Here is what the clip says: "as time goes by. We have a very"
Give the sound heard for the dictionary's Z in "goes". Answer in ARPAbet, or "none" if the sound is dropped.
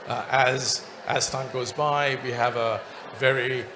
Z